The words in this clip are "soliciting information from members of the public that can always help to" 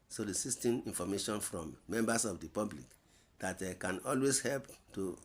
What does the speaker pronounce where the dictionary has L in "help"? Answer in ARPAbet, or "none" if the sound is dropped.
L